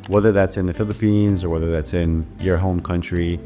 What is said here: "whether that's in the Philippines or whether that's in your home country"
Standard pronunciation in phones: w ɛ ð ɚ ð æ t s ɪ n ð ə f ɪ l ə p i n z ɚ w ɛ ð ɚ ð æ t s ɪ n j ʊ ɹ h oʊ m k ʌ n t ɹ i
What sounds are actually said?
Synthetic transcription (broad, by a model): w ɛ ð ɚ ð æ t s ɪ n ð ə f ɪ l ə p i n z ɚ w ɛ ð ɚ ð æ t s ɪ n j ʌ ɹ h oʊ m k ʌ n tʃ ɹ i